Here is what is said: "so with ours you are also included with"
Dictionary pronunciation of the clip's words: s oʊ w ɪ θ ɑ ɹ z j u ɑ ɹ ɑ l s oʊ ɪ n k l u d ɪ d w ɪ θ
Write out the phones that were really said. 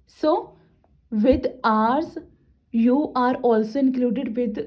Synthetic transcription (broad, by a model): s oʊ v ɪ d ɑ ɹ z j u ɑ ɹ ɑ l s oʊ ɪ n k l u d ɪ d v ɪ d